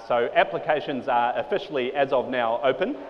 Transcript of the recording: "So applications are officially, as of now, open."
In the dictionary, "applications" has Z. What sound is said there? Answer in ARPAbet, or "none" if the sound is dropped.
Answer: Z